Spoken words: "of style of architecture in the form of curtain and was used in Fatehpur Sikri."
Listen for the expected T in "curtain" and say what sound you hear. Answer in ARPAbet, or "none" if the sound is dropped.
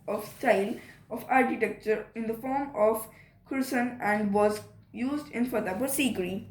S